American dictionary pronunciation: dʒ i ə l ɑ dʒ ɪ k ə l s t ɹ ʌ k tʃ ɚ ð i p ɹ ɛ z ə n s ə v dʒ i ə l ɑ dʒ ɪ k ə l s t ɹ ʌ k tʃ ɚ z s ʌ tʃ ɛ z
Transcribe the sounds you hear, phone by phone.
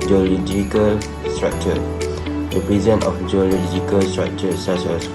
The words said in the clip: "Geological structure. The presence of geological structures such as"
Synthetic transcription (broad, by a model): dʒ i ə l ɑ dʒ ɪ k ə l s t ɹ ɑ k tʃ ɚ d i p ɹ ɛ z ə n ə f dʒ i ə l ɑ dʒ ɪ k ə l s t ɹ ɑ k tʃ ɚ s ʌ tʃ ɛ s